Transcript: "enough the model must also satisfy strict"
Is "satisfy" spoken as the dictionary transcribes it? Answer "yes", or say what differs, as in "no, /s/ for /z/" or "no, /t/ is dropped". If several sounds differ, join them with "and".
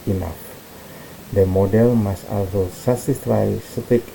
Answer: no, /s/ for /t/